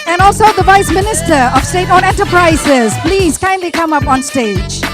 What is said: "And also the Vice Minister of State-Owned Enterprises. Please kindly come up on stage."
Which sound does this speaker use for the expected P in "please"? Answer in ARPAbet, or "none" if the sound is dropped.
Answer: P